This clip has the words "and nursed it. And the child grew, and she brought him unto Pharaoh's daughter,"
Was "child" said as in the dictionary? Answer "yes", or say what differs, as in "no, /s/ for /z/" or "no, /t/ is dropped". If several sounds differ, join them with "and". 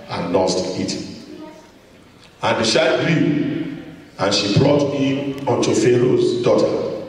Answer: no, /ʃ/ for /tʃ/